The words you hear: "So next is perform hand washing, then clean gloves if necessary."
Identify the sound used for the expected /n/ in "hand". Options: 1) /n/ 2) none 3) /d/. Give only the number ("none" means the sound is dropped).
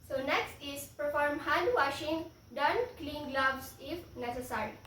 2